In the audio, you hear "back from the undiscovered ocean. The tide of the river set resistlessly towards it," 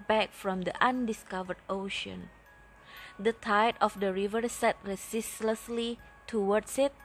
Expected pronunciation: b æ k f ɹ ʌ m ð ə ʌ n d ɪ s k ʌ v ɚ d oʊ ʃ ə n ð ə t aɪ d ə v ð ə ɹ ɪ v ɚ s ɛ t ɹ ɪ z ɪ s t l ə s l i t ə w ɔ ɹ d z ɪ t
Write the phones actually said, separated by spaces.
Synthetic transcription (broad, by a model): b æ k f ɹ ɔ m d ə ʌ n d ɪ s k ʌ v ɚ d oʊ ʃ ə n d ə t aɪ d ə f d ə ɹ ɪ v ɚ s ɛ t ɹ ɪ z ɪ s l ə s l i t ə w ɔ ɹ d s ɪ t